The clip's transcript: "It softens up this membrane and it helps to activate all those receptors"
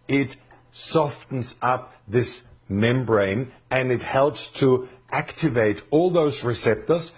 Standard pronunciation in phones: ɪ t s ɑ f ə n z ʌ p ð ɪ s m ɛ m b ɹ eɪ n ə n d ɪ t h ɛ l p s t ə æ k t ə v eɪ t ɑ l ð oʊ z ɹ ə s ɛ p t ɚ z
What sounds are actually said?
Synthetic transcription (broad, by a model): ɪ t s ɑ f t n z ʌ p ð ɪ s m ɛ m b ɹ eɪ n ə n ɪ t h ɛ l p s t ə æ k t ə v eɪ t ɑ l ð oʊ z ɹ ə s ɛ p t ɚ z